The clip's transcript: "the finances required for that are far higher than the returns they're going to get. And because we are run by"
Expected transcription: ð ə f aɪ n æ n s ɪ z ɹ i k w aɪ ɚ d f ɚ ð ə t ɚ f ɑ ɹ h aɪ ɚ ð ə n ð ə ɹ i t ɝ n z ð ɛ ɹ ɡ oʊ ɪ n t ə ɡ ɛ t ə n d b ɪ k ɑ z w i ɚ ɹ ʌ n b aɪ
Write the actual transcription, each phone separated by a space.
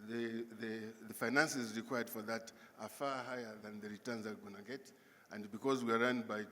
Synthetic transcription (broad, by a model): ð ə f aɪ n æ n s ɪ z ɹ i k w aɪ ɚ d f ɚ ð ə t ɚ f ɑ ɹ h aɪ ɚ ð ə n ð ə ɹ i t ɝ n z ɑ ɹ ɡ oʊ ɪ n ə ɡ ɛ t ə n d b ɪ k ɑ z w i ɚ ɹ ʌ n b aɪ